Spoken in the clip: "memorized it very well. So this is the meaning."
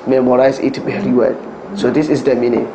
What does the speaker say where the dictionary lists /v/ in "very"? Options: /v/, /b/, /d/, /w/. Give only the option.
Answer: /b/